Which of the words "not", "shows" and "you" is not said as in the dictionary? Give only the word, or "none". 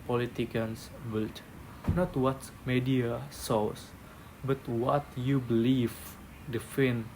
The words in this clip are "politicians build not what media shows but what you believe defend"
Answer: shows